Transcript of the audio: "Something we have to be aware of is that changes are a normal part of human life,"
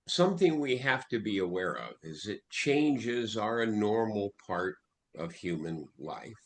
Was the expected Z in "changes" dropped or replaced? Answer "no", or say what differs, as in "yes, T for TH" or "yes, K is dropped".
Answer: no